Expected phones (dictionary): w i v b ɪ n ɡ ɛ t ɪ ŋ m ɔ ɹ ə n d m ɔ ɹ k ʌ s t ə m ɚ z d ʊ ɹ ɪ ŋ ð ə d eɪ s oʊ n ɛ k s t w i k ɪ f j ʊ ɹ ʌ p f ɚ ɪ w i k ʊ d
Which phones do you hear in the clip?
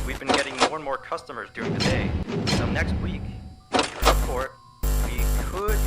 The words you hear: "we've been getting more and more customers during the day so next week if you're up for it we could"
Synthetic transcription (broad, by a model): w i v b ɪ n ɡ ɛ t ɪ ŋ m ɔ ɹ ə n m ɔ ɹ k ʌ s t ə m ɚ z d ʊ ɹ ɪ ŋ ð ə d eɪ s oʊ n ɛ k s t w i k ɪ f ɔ ɹ w i k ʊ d